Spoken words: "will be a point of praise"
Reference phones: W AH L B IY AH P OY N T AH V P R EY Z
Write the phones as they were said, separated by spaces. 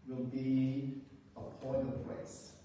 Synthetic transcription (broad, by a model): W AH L B IY AH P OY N AH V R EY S